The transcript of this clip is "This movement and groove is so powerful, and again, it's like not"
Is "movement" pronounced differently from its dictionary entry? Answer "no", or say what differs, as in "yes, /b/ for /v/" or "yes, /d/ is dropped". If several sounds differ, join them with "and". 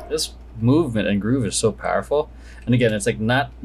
no